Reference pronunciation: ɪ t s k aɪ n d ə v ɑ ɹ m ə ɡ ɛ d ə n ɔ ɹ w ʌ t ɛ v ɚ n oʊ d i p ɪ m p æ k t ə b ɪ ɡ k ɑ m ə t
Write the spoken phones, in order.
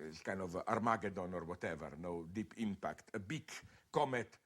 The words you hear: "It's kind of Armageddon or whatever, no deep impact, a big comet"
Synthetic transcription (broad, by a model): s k aɪ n ə v ɑ ɹ m ə ɡ ɛ d ə n ɔ ɹ w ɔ t ɛ v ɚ n oʊ d i p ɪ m p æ k t ə b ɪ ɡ k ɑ m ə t